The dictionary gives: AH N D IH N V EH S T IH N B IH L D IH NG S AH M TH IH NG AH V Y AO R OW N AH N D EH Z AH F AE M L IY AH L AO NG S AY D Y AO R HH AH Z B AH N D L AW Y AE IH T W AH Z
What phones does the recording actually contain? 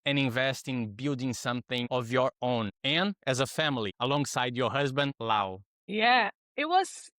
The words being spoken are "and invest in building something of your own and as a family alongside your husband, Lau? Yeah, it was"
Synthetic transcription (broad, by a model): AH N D IH N V EH S T IH N B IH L D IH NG S AH M TH IH NG AH V Y AO R OW N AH N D EH Z AH F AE M L IY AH L AO NG S AY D Y AO R HH AH Z B AH N D L AW Y AE IH T W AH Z